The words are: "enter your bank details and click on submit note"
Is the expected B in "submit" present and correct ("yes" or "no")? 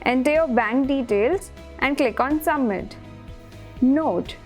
no